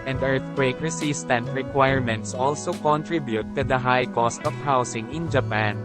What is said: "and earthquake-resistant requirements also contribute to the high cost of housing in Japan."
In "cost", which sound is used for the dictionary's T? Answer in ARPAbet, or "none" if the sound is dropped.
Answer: T